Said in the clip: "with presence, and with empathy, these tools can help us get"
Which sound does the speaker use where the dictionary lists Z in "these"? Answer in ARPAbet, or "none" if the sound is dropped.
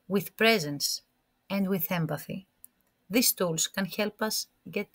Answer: S